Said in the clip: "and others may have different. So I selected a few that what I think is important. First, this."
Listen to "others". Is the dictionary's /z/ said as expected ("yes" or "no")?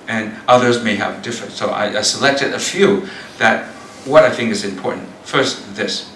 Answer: yes